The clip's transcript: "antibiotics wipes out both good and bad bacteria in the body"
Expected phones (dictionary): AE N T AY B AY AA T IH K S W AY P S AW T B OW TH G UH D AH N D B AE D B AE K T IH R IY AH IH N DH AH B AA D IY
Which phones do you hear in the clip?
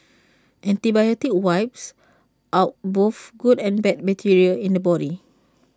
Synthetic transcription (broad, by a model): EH N T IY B AY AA T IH K W AY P S AW T B OW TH G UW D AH N B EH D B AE T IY R IY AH IH N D AH B AA D IY